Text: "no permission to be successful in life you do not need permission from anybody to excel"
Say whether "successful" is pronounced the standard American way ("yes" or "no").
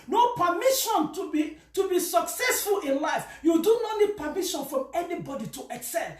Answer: yes